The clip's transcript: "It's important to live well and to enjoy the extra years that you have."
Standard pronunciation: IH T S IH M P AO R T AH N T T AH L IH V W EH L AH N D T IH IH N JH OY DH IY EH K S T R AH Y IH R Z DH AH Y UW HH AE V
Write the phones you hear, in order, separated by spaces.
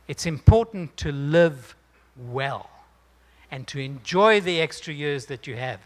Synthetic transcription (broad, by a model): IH T S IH M P AO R T N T T AH L IH V W EH L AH N T IH IH N JH OY DH IY EH K S T R AH Y IH R Z DH AH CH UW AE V